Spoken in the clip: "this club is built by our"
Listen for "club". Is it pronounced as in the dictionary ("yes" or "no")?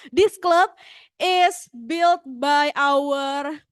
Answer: yes